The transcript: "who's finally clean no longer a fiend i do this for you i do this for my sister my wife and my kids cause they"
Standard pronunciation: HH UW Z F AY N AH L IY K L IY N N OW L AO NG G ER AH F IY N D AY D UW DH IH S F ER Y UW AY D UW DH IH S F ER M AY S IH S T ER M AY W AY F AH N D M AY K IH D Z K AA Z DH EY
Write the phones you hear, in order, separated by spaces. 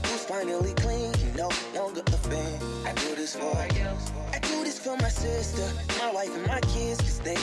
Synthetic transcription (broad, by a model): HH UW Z F AY N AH L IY K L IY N N OW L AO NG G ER AH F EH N AY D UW DH IH S F ER AY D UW DH IH S F ER M AY S IH S T ER M AY W AY F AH N M AY K IH D Z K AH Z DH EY